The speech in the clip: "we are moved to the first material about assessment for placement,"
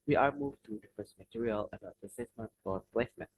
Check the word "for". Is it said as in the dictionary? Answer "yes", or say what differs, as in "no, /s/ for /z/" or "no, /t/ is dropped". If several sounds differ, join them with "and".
no, /l/ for /ɹ/